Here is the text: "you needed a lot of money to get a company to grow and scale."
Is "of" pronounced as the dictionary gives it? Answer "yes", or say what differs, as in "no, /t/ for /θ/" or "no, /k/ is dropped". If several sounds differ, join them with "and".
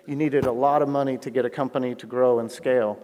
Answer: yes